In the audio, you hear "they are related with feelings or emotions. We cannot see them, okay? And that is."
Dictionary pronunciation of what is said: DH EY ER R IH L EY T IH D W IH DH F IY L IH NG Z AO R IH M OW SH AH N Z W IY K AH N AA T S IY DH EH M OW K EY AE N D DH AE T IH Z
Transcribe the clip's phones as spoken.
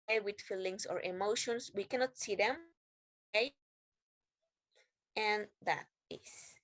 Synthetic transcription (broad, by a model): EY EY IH W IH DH F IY L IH NG S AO R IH M OW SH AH N S W IY K AH N AA T S IY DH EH M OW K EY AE N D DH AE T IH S